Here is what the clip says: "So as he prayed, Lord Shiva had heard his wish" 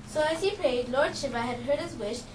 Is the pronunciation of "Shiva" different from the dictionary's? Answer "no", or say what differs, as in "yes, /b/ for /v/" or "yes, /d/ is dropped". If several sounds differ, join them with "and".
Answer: yes, /p/ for /v/